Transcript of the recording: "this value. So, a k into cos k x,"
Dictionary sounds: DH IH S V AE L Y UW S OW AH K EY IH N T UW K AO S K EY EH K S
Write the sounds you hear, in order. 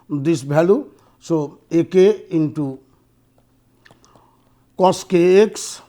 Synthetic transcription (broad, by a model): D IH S B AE L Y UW S OW AH K EY IH N T UW K AO S K EY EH K S